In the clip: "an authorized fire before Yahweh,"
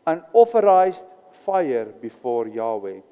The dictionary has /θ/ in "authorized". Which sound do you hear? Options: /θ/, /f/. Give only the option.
/f/